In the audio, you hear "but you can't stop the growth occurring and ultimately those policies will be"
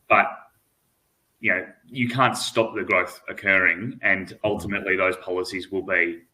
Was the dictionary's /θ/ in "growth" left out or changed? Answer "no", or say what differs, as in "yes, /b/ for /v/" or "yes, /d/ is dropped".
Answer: no